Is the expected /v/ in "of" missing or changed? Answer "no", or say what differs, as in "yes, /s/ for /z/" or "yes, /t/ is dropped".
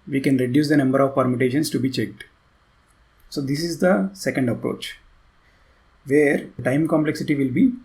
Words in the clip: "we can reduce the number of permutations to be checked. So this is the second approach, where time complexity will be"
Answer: no